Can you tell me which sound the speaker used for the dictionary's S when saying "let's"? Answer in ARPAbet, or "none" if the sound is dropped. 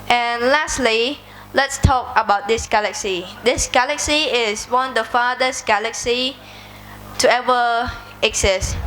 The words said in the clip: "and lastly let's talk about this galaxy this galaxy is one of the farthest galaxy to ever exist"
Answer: S